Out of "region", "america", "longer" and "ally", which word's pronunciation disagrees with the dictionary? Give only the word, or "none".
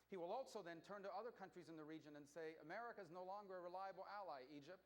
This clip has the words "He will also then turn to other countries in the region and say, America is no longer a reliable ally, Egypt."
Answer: none